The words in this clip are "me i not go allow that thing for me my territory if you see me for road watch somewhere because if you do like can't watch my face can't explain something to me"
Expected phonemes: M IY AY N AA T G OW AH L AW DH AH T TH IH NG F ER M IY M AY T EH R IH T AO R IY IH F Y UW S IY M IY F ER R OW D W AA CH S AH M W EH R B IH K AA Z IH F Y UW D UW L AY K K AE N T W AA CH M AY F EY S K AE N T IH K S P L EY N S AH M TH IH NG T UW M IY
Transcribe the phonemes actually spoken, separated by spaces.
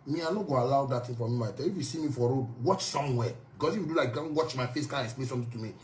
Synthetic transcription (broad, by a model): M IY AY N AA G OW AH L AW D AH T T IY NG F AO M IY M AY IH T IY IH F Y UW S IY M IY F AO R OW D W AA CH S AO M W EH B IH K AA S IH F Y UW D UW L AY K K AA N W AA CH M AY F EY S K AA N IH K S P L EY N S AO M T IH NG T UW M IY